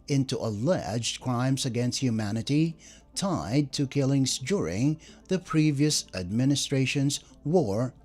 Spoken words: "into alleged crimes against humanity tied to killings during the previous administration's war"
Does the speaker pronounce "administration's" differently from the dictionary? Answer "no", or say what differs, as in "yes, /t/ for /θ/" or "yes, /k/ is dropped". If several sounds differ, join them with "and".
no